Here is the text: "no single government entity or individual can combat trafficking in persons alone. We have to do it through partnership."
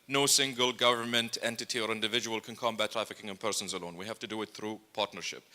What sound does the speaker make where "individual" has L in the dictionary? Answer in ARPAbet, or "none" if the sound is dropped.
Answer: L